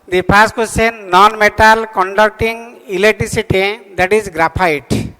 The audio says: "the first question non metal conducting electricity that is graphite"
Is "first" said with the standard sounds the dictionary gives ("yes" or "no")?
no